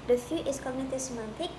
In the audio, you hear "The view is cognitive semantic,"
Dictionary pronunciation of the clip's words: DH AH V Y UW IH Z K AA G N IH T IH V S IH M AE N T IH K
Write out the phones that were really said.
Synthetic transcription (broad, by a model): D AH F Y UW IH S K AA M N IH T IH S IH M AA N T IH K